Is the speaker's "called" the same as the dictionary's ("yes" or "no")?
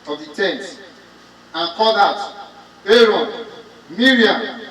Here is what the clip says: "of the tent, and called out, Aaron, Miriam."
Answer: no